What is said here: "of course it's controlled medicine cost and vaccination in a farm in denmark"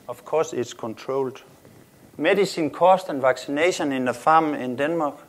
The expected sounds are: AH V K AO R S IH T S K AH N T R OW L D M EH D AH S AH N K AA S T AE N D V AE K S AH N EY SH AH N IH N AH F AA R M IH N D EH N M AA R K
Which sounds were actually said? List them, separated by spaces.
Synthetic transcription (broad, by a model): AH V K AO S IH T S K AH N S R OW L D M EH D AH S AH N K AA S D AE N V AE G S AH N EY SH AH N IH N AH F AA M IH N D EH N M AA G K